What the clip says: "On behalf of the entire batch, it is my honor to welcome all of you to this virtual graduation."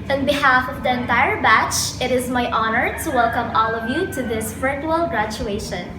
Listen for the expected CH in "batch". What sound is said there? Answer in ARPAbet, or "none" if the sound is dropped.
CH